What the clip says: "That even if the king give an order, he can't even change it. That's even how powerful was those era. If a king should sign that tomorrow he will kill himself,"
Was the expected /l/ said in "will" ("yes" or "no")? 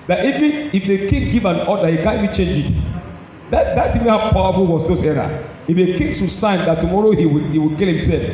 no